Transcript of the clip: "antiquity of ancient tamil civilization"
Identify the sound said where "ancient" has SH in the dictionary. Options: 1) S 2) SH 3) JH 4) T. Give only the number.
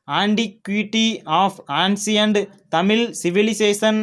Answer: 1